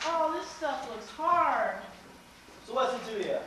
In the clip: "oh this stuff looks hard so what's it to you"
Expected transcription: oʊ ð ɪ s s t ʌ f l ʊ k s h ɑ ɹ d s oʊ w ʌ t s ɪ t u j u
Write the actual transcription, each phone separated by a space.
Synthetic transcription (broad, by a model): oʊ ð ɪ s s t ʌ f l ʊ k s h ɑ ɹ d s oʊ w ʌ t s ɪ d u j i